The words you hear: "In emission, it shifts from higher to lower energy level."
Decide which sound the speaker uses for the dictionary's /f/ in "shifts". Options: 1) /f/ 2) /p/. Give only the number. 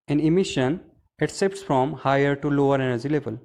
2